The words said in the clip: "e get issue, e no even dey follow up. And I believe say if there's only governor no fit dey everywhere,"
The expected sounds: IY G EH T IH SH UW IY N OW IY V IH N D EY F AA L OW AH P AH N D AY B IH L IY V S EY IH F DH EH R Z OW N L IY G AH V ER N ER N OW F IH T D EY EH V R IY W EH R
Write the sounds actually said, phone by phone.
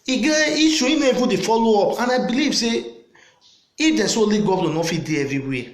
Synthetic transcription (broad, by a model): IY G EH IY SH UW IY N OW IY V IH D EY F AA L OW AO P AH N AY B IH L IY V S EY IH F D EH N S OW L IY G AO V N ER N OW F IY D EY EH V R IY W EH